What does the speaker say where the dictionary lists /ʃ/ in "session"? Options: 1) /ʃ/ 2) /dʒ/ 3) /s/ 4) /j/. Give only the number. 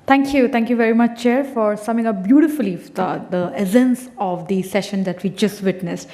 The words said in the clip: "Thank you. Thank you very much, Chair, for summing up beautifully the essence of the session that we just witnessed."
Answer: 1